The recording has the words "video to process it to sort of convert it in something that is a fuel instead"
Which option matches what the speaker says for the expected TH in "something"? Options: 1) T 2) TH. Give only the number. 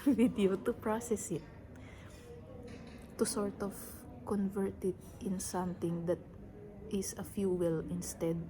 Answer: 1